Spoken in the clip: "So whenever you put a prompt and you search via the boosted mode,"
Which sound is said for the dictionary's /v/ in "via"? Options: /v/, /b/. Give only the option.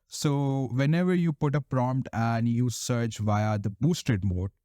/v/